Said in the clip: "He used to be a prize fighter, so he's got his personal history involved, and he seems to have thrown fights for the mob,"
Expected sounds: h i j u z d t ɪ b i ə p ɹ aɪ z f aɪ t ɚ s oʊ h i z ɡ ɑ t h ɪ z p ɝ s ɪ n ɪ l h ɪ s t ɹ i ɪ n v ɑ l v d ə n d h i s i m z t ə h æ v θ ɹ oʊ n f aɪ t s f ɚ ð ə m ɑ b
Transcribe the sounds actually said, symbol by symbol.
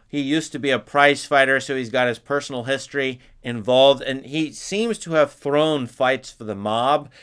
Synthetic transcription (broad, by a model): h i j u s t ɪ b i ə p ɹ aɪ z f aɪ t ɚ s oʊ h i z ɡ ɑ t h ɪ z p ɝ s n l h ɪ s t ɹ i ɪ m v ɑ l v d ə n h i s i m z t ə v θ ɹ oʊ n f aɪ t s f ɚ ð ə m ɑ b